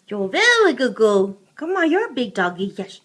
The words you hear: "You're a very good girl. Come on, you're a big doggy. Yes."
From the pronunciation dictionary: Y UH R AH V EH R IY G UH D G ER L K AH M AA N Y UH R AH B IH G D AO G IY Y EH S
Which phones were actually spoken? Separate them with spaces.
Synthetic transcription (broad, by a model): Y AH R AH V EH L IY G UH D G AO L K AH M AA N Y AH R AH B IH G D AO G IY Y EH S